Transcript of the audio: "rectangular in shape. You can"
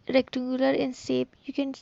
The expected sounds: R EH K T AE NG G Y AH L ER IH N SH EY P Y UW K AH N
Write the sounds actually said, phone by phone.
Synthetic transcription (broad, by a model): R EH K T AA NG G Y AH L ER IH N S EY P Y UW K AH N